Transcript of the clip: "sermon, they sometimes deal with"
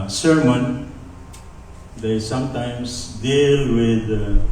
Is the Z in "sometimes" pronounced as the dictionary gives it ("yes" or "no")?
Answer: no